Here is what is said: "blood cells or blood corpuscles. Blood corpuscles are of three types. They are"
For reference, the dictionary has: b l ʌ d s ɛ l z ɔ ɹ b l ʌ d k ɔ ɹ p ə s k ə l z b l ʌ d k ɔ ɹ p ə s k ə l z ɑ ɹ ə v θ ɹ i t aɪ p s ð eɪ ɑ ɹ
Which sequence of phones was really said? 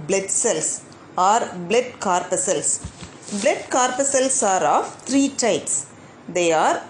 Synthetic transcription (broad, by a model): b l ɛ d s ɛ l s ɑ ɹ b l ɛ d k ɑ ɹ p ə s ə l s b l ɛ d k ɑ ɹ p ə s ə l s ɑ ɹ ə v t ɹ i t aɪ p s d eɪ ɑ ɹ